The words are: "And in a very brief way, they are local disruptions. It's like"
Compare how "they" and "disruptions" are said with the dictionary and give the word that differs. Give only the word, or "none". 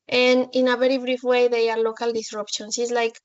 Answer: disruptions